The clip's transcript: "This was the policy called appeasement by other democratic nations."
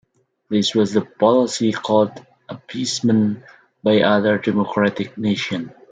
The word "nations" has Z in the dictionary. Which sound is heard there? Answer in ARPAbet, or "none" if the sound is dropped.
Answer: none